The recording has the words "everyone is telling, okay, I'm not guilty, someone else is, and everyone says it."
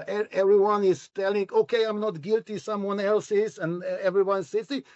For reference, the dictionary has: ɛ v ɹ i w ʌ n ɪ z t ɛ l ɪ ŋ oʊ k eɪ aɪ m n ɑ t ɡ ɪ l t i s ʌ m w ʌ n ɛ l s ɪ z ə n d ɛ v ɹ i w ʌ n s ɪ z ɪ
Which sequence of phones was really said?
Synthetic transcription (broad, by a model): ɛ v ɹ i w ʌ n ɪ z t ɛ l ɪ ŋ oʊ k eɪ aɪ m n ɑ t ɡ ɪ l t i s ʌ m w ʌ n ɛ l s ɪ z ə n ɛ v ɹ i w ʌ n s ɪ s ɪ